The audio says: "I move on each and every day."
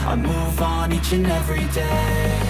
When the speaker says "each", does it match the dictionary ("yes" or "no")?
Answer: yes